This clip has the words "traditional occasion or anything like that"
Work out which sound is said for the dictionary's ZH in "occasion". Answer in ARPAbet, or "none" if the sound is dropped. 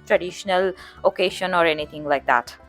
SH